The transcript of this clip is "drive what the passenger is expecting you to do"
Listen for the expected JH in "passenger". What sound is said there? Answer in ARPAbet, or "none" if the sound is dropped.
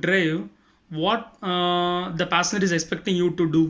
none